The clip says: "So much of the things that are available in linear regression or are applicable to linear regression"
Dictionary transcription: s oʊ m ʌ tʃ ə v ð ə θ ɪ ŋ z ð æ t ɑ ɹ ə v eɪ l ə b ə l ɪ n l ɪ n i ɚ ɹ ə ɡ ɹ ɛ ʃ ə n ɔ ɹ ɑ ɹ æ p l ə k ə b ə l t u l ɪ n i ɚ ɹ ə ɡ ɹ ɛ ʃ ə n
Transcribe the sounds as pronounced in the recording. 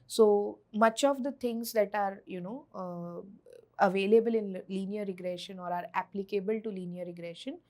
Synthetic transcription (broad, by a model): s oʊ m ʌ tʃ ə v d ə t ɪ ŋ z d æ t ɑ ɹ ə v eɪ l ə b ə l ɪ n l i n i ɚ ɹ ə ɡ ɹ ɛ ʃ ə n ɔ ɹ ɑ ɹ æ p l ə k ə b ə l t u l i n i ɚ ɹ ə ɡ ɹ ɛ ʃ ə n